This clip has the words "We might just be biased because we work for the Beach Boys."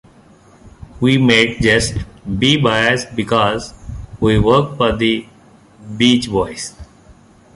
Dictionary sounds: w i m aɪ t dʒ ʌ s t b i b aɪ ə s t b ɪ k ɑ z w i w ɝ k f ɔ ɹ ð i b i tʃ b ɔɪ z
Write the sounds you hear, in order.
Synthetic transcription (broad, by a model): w i m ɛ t dʒ ʌ s t b i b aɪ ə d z b ɪ k ɑ z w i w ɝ k f ɔ ɹ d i b i tʃ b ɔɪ s